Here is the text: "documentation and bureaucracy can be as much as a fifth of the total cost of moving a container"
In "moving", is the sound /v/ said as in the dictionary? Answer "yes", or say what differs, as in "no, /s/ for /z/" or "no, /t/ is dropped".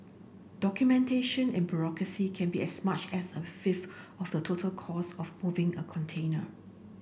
yes